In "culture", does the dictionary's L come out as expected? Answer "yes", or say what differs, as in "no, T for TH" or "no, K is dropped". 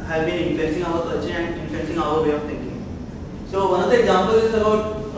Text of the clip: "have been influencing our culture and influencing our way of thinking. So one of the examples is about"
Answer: no, L is dropped